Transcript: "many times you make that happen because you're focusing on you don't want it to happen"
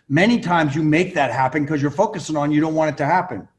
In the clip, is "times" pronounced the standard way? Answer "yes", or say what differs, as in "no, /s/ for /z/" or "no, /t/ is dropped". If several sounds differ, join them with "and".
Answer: yes